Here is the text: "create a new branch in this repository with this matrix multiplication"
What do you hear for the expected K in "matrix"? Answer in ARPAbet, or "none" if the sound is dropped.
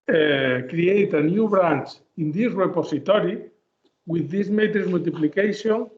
none